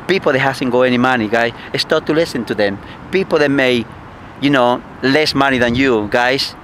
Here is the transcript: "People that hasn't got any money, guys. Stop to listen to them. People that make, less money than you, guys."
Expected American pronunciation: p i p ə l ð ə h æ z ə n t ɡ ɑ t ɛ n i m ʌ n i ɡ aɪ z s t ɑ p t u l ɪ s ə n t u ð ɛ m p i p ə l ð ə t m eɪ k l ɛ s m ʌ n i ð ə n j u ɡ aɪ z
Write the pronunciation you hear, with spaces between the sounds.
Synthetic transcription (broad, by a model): p i p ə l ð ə h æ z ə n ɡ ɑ ɛ n i m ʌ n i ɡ aɪ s s t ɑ t u l ɪ s ə n t u ð ɛ m p i p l ð ə t m eɪ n l ɛ s m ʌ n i ð ə n j u ɡ aɪ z